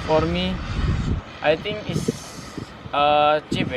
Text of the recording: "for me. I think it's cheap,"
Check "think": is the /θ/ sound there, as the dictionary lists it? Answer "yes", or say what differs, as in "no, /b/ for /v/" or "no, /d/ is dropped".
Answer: no, /t/ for /θ/